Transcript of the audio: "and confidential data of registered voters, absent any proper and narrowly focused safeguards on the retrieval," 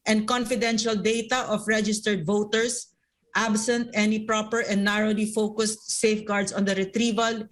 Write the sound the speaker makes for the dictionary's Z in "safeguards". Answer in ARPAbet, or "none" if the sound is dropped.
S